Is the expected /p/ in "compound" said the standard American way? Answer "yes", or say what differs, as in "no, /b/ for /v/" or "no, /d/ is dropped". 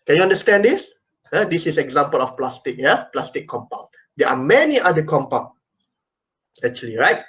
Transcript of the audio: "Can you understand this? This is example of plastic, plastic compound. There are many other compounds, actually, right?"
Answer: yes